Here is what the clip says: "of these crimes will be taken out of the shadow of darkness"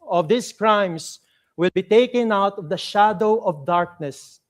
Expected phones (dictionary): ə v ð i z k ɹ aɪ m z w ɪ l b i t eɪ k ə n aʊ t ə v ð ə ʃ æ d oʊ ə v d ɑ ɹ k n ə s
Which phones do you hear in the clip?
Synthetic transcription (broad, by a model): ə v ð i s k ɹ aɪ m s w ɪ l b i t eɪ k ə n aʊ t ə v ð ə ʃ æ d oʊ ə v d ɑ ɹ k n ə s